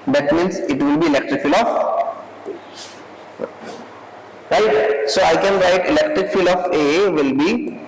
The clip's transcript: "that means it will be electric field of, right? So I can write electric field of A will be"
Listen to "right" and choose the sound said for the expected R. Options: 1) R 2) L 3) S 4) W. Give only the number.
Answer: 1